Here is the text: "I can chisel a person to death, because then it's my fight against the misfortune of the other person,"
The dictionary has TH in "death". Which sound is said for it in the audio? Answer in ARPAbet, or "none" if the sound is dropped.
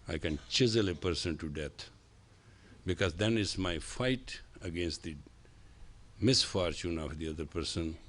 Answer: T